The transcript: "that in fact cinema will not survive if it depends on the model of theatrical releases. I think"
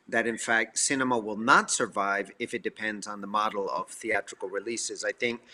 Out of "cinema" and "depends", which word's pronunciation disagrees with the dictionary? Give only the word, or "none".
none